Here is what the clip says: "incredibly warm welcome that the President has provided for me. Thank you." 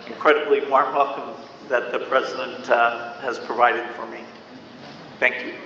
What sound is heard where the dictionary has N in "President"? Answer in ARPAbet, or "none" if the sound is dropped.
N